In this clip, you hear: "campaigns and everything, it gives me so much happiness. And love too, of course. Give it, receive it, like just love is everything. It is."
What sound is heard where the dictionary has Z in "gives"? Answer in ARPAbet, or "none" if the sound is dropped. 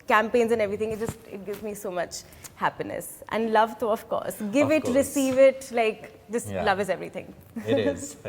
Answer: Z